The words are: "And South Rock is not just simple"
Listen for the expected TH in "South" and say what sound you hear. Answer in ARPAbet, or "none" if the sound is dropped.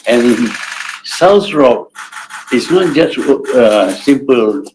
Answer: S